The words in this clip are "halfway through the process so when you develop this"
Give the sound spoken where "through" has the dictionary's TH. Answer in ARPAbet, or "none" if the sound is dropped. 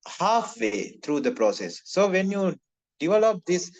T